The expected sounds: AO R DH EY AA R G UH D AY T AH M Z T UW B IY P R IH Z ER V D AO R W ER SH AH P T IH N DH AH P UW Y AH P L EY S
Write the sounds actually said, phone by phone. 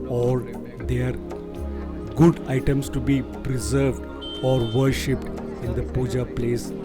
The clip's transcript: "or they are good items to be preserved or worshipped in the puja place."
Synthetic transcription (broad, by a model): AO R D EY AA R G UH D AY T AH M S T UW B IY P R IH Z ER V D AO R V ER SH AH P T IH N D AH P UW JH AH P L EY S